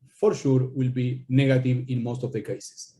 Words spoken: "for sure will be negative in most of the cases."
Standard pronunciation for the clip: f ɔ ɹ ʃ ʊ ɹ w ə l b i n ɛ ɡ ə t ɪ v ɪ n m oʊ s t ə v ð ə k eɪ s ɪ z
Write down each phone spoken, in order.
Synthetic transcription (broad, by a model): f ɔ ɹ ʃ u ɹ w ə l b i n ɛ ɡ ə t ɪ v ɪ n m oʊ s t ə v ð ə k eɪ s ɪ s